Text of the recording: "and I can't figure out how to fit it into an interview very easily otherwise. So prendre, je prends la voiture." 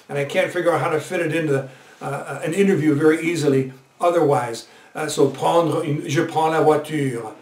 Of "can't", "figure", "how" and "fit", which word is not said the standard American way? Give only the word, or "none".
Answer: none